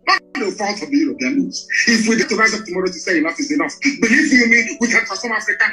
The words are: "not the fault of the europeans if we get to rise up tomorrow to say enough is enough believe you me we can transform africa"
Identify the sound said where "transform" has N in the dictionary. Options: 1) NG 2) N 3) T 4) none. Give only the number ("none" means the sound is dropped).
4